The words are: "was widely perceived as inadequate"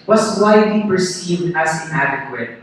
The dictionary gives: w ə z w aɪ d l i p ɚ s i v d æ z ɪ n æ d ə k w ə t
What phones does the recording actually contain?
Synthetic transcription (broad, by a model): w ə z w aɪ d l i p ɚ s i v d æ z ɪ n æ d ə k w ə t